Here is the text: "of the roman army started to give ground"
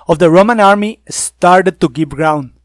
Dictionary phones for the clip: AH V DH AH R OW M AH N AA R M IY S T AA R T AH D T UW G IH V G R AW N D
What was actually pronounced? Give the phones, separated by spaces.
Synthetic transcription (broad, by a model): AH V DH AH R OW M AH N AA R M IY S T AA R T AH D T UW G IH P G R AW N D